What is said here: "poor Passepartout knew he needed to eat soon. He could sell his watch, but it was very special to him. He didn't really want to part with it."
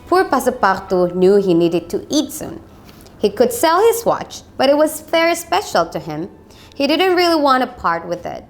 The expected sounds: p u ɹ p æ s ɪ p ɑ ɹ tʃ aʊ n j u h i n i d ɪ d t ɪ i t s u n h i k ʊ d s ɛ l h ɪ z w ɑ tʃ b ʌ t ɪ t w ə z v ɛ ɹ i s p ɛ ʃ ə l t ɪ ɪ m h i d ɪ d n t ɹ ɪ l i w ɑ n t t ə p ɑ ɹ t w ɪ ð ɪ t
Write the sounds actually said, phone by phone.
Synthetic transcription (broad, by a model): p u ɹ p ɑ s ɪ p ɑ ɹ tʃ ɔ n j u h i n i d ɪ d t ɪ i t s u n h i k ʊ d s ɛ l h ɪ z w ɑ tʃ b ʌ t ɪ t w ə z f ɛ ɹ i s p ɛ ʃ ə l t ɪ ɪ m h i d ɪ d n t ɹ ɪ l i w ɑ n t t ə p ɑ ɹ t w ɪ ð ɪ t